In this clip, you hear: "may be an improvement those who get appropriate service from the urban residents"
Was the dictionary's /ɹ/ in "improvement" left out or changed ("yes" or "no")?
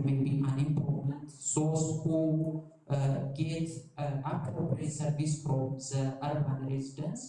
yes